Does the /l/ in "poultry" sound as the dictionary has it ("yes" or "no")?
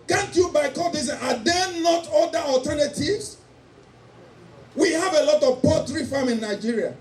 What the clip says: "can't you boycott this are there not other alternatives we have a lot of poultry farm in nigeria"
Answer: no